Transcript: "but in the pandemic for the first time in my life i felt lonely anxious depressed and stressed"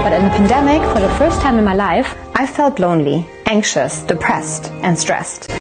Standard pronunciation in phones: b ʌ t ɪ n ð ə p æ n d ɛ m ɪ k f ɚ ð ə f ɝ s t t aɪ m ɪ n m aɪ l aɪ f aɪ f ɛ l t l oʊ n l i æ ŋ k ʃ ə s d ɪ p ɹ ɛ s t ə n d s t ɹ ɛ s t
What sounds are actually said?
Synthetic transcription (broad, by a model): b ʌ t ɪ n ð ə p æ n d ɛ m ɪ k f ɚ ð ə f ɝ s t t aɪ m ɪ n m aɪ l aɪ f aɪ f ɛ l t l oʊ n l i æ ŋ k ʃ ə s d ɪ p ɹ ɛ s t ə n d s t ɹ ɛ s t